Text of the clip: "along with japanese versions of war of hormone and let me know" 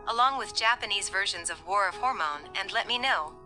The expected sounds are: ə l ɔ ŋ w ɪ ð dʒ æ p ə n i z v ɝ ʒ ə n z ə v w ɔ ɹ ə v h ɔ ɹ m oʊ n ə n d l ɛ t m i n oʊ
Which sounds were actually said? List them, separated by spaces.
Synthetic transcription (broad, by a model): ə l ɔ ŋ w ɪ ð dʒ æ p ə n i z v ɝ ʒ ə n z ə v w ɔ ɹ ə v h ɔ ɹ m oʊ n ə n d l ɛ t m i n oʊ